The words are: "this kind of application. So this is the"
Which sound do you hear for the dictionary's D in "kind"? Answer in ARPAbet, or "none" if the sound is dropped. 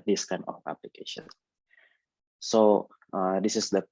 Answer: none